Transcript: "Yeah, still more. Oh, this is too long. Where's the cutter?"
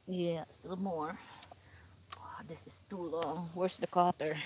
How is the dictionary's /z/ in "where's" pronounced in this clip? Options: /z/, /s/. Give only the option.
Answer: /s/